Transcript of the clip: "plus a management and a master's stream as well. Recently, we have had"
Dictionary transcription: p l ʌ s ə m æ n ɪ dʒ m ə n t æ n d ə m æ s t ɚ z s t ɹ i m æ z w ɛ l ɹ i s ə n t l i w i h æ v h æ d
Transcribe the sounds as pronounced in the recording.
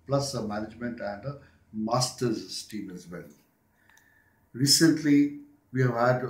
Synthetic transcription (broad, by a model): p l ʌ s ə m æ n ɪ dʒ m ə n t æ n d ə m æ s t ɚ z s t i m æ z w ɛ l ɹ i s ə n t l i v i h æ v h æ d